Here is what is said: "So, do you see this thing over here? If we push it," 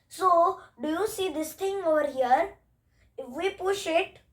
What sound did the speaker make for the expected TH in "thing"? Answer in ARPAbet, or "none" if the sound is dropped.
T